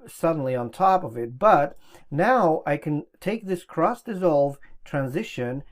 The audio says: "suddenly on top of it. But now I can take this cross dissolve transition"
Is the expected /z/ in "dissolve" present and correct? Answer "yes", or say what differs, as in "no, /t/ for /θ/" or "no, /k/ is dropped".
yes